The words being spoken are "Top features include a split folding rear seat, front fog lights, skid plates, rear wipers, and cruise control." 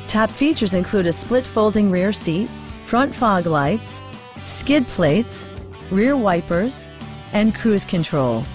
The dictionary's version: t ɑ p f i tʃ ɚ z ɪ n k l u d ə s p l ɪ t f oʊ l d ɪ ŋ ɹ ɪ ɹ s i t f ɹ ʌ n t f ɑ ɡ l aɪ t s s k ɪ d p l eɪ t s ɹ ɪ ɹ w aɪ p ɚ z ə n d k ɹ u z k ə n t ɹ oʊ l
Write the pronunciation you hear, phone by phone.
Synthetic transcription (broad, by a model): t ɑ p f i tʃ ɚ z ɪ n k l u d ə s p l ɪ t f oʊ l d ɪ ŋ ɹ ɪ ɹ s i t f ɹ ʌ n t f ɑ ɡ l aɪ t s s k ɪ d p l eɪ t s ɹ ɪ ɹ w aɪ p ɚ z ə n k ɹ u z k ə n t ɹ oʊ l